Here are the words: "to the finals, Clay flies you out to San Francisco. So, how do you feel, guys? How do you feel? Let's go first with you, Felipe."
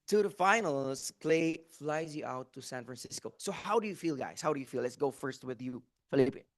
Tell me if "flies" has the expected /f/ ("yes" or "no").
yes